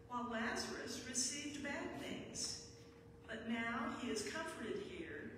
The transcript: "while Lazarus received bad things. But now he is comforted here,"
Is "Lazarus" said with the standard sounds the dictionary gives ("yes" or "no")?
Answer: yes